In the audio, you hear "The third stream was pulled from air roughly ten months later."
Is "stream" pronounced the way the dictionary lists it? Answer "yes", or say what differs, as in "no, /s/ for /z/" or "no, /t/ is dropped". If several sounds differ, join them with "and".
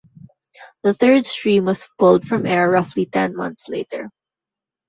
yes